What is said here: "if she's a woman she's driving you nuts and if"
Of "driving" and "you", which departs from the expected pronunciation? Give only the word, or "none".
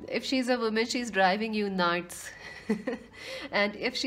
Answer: none